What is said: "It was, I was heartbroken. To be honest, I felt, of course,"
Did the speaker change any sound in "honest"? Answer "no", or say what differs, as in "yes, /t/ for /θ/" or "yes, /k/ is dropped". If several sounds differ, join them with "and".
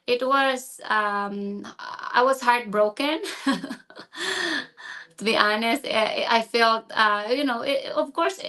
no